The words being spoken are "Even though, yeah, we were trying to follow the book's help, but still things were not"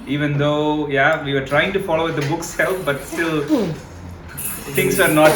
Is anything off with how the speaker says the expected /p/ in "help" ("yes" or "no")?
yes